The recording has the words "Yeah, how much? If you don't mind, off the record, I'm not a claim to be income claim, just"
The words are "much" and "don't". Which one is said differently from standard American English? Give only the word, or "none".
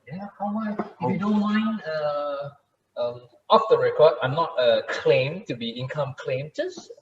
much